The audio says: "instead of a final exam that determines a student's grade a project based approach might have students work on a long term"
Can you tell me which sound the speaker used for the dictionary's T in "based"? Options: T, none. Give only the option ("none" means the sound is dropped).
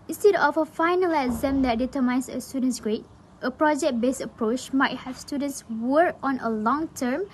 none